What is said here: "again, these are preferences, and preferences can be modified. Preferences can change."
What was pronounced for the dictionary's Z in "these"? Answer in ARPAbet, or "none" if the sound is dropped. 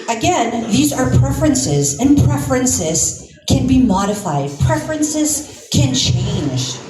Z